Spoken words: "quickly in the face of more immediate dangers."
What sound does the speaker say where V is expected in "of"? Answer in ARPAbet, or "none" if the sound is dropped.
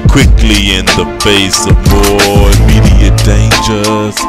V